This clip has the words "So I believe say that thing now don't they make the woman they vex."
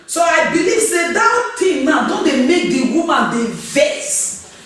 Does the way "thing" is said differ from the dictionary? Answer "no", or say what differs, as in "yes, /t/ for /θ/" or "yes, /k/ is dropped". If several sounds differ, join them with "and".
yes, /t/ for /θ/